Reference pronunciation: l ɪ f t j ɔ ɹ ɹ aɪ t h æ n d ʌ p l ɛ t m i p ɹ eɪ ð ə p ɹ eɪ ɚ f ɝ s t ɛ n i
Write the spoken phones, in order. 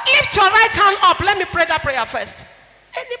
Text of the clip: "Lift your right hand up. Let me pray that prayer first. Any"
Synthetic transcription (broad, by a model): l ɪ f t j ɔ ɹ ɹ aɪ t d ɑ n ɔ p l ɛ t m i p ɹ eɪ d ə p ɹ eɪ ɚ f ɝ s t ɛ n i